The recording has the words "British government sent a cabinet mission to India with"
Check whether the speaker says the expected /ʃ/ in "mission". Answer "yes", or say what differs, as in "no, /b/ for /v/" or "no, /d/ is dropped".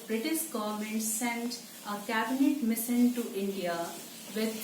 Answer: no, /s/ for /ʃ/